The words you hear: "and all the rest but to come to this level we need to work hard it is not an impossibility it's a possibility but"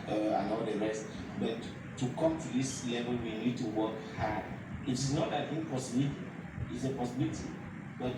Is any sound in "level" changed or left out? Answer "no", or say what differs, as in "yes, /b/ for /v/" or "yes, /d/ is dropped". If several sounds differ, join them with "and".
yes, /w/ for /v/